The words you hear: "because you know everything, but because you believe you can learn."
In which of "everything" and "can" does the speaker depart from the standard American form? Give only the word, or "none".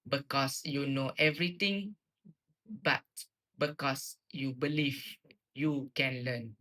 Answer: everything